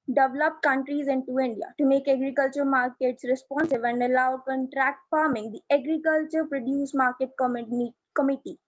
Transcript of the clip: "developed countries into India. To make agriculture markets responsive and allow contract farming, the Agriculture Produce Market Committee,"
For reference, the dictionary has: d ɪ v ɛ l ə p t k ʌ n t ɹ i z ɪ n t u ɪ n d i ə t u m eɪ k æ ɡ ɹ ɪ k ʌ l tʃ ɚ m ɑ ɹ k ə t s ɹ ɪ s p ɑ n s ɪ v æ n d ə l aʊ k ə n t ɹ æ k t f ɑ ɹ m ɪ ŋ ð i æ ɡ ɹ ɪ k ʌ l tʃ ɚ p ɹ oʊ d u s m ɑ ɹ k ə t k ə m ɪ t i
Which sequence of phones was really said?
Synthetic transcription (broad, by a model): d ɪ v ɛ l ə p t k ʌ n t ɹ i z ɪ n t u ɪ n d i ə t u m eɪ k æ ɡ ɹ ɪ k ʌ l tʃ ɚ m ɑ ɹ k ə t s ɹ ɪ s p ɑ n s ɪ v æ n d ə l aʊ k ə n t ɹ æ k t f ɑ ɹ m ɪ ŋ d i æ ɡ ɹ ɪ k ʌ l tʃ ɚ p ɹ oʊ d u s m ɑ ɹ k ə t k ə m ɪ t i